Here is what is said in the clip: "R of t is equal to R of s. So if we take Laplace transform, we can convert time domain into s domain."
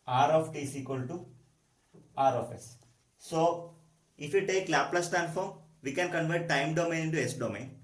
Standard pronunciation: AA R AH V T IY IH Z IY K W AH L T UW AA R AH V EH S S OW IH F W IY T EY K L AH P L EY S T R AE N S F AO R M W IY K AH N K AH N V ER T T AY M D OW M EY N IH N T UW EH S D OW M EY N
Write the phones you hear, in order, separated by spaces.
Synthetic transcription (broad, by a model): AA R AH F T IY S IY K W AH L T UW AA R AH F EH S S OW IH F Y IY T EY K L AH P L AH S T AE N F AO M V IY K AH N K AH N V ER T T AY M D OW M EY N IH N T UW EH S D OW M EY N